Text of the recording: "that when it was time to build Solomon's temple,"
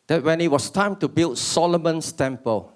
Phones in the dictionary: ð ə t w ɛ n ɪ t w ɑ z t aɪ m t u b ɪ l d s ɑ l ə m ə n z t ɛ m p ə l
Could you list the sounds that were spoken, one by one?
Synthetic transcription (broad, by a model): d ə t w ɛ n ɪ t w ɑ s t aɪ m t u b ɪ l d s ɑ l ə m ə n s t ɛ m p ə l